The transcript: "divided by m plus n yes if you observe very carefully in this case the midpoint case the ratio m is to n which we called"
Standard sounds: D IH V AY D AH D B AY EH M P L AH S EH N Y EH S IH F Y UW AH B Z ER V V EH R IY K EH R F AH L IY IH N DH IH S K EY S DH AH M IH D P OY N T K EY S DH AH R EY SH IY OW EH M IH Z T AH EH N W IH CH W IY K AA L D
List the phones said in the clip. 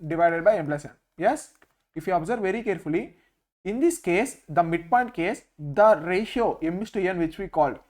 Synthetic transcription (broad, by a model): D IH V AY D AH D B AY EH M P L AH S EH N Y EH S IH F Y UW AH B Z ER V V EH R IY K EH R F AH L IY IH N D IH S K EY S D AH M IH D P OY N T K EY S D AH R EY SH IY OW EH M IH S T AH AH N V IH CH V IY K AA L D